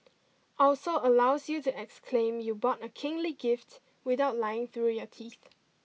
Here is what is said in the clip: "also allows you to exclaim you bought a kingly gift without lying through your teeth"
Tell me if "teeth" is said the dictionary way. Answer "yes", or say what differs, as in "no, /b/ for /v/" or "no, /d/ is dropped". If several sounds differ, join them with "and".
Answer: yes